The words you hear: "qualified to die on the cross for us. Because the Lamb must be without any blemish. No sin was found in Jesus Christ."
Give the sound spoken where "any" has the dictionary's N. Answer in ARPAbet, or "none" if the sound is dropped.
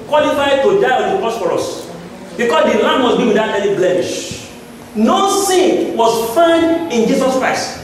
L